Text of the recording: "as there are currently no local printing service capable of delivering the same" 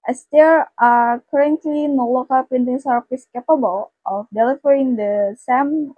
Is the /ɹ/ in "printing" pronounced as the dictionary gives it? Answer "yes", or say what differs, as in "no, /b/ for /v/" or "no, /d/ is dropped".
no, /ɹ/ is dropped